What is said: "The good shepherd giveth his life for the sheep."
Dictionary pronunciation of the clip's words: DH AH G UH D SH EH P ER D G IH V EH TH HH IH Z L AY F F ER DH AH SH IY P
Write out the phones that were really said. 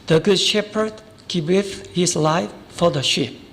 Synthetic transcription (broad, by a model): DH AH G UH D SH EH P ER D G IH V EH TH HH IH S L AY F F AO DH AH SH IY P